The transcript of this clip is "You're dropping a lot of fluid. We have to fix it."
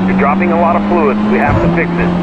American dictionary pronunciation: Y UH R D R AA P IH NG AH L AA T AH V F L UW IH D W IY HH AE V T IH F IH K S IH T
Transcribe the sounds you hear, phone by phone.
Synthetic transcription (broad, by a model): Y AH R D R AA P IH NG AH L AA T AH V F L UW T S W IY HH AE F T IH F IH K S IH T